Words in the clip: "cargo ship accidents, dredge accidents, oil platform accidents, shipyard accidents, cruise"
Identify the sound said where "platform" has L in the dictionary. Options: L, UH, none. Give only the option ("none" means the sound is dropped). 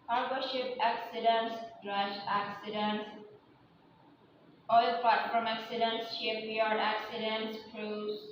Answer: none